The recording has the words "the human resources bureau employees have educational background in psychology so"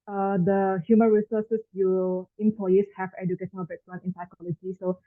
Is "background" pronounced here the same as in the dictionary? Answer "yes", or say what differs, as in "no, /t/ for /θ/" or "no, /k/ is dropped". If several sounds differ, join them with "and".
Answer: no, /d/ is dropped